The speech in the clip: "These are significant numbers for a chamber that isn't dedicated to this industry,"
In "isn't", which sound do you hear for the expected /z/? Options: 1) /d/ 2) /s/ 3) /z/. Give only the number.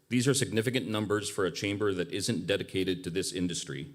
3